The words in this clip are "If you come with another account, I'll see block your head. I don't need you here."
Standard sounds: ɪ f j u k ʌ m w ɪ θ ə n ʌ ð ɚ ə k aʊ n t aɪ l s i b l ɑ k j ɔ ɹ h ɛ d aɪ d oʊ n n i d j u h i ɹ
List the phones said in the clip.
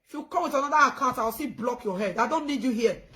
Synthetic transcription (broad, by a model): f j u k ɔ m w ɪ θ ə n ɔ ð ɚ ə k aʊ n t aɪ w s i b l ɑ k j ɔ h ɛ d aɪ d oʊ n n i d j u h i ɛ